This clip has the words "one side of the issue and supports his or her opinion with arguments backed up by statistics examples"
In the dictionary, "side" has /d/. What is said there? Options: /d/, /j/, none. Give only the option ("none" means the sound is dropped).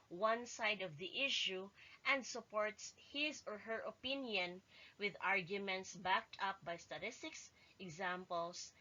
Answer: /d/